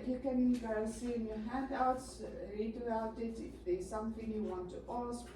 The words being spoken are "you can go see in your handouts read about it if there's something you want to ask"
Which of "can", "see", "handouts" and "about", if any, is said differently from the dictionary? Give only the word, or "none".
about